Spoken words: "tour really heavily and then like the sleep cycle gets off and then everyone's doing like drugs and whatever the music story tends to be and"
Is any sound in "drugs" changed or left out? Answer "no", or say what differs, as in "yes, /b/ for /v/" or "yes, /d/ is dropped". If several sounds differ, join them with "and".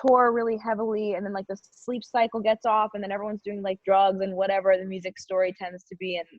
no